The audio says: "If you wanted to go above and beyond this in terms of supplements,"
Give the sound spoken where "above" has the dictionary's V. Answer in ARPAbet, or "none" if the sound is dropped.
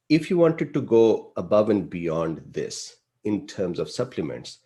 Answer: V